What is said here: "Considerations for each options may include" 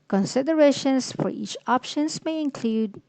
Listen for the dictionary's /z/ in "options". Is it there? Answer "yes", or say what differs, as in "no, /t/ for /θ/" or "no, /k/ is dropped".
no, /s/ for /z/